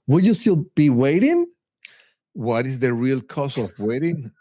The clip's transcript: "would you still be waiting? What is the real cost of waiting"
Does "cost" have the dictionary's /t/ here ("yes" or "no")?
no